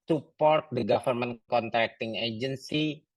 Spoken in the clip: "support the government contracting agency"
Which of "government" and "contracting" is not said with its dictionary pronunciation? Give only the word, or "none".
government